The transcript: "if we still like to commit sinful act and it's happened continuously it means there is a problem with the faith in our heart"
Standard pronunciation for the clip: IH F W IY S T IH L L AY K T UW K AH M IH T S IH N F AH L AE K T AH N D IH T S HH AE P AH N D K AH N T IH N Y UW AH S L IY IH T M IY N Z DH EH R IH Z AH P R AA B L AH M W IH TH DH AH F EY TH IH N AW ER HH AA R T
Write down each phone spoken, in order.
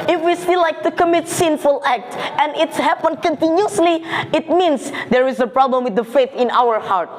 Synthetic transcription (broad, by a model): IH F W IY S T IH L L AY K T UW K AH M IH T S IH N F AH L AE K T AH N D IH T S HH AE P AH N K AH N T IH N Y UW AH S L IY IH T M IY N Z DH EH R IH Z AH P R AA B L AH M W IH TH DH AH F EY TH IH N AW ER HH AA R T